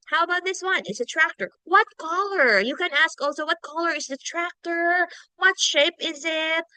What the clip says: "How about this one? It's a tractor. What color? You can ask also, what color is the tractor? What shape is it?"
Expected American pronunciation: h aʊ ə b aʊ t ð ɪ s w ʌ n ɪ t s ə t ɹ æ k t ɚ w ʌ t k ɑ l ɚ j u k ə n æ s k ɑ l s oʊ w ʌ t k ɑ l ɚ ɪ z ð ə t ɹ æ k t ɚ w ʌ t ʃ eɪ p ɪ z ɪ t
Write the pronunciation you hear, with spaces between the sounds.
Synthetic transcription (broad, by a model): h aʊ ə b aʊ t ð ɪ s w ʌ n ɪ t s ə t ɹ æ k t ɚ w ʌ t k ɑ l ɚ j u k ə n æ s k ɑ l s oʊ w ʌ t k ɑ l ɚ ɪ z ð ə t ɹ æ k t ɚ w ʌ t ʃ eɪ p ɪ z ɪ t